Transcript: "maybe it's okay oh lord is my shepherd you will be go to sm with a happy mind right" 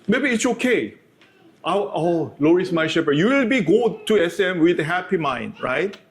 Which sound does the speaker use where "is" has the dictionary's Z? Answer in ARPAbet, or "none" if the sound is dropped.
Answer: S